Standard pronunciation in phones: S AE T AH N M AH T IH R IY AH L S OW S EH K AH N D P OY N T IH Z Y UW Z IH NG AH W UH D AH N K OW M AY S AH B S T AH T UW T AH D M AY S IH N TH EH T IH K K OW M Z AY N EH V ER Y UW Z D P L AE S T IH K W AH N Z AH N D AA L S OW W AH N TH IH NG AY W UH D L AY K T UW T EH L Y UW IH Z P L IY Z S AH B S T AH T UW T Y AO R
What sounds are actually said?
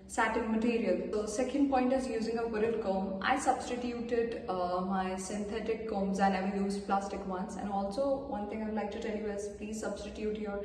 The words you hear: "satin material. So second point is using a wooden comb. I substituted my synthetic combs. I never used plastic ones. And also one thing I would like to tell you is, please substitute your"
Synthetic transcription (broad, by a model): S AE T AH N M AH T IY R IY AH L S OW S EH K AH N D P OY N T IH Z Y UW Z IH NG AH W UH D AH L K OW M AY S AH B S T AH T UW T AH D M AY S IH N T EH T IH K K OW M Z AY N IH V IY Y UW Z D P L AE S T IH K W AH N S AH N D AA L S OW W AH N T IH NG AY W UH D L AY K T UW T EH L Y UW IH Z P L IY Z S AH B S T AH T UW T Y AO R